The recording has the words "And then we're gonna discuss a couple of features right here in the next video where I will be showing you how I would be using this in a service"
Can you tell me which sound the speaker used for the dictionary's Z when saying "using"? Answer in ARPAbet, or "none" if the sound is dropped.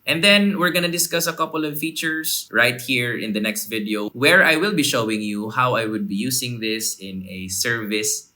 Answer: S